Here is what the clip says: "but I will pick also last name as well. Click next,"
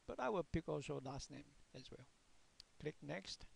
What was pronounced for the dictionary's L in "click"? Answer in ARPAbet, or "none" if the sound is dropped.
L